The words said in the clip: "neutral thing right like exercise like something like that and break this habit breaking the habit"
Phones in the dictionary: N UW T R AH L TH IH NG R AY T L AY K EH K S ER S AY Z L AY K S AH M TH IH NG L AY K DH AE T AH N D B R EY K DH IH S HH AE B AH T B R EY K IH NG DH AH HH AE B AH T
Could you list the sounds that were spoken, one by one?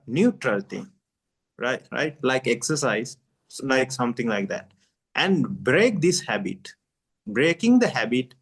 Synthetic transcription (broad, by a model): N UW T R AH L T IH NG R AY T L AY K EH K S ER S AY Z L AY K S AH M T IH NG L AY K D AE T AH N D B R EY K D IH S HH AE B AH T B R EY K IH NG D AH HH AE B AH T